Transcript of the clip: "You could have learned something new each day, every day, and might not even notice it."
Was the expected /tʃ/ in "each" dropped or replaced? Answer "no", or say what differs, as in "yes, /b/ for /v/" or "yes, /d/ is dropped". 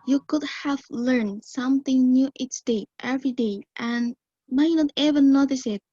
yes, /s/ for /tʃ/